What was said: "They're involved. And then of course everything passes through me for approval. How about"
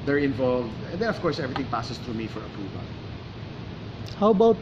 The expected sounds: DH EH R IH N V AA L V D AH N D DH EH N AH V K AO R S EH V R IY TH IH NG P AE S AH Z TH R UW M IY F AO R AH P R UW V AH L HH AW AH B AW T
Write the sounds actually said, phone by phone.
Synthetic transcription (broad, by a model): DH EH R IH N V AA L V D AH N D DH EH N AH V K AO R S EH V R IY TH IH NG P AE S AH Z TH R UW M IY F AO R AH P R UW V AH L HH AW B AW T